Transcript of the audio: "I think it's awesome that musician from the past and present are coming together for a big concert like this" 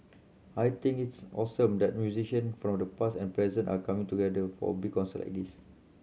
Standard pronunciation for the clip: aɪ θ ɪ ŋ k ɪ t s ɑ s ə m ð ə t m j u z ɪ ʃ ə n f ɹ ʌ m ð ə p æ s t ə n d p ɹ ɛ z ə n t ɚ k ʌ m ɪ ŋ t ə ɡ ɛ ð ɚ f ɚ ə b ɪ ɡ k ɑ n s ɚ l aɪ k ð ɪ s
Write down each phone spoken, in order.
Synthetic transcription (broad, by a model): aɪ t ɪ ŋ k ɪ t s ɑ s ə m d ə t m j u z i ʃ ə n f ɹ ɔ m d ə p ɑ s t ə n p ɹ ɛ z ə n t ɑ k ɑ m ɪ ŋ t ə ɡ ɛ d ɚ f ə b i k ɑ n s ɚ l aɪ k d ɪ s